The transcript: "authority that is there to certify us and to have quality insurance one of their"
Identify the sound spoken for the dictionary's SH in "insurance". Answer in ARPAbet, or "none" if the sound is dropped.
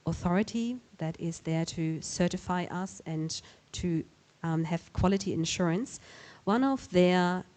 SH